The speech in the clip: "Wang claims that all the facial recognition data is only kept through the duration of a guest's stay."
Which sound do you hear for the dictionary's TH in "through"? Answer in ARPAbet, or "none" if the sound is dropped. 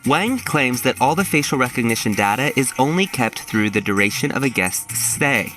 TH